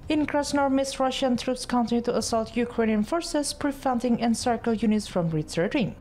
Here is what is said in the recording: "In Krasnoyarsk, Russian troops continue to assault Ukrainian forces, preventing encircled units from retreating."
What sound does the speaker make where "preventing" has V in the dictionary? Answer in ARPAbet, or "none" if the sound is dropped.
F